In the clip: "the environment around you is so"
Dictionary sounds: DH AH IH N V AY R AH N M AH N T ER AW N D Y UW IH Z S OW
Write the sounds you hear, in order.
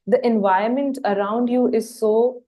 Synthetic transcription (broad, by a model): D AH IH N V AY AH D M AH N T ER AW N D Y UW IH Z S OW